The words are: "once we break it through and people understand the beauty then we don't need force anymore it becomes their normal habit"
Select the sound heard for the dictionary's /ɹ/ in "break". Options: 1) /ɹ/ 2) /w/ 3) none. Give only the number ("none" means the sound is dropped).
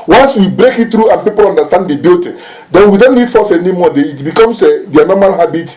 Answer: 1